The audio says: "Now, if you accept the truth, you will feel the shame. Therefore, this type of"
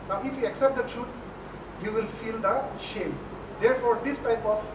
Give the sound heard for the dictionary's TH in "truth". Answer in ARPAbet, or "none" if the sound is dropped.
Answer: T